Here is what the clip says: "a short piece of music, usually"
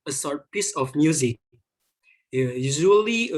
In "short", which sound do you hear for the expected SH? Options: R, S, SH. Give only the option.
S